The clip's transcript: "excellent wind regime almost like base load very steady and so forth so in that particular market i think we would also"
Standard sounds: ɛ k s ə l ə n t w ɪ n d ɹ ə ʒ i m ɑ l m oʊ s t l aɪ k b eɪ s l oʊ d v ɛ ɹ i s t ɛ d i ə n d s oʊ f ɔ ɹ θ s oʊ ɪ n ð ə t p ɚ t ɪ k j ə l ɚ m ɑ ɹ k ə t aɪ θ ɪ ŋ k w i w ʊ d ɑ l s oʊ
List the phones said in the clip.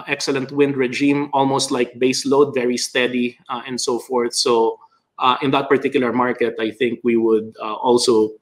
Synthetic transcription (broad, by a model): ɛ k s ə l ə n t w ɪ n d ɹ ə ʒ i m ɑ l m oʊ s t l aɪ k b eɪ s l oʊ d v ɛ ɹ i s t ɛ d i ə n d s oʊ f ɔ ɹ θ s oʊ ɪ n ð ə t p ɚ t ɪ k j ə l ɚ m ɑ ɹ k ə t aɪ θ ɪ ŋ k w i w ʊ d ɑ l s oʊ